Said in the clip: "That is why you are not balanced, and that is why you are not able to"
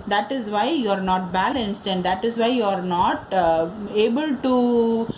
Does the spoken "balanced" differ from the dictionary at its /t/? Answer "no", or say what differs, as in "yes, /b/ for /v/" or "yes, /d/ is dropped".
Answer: no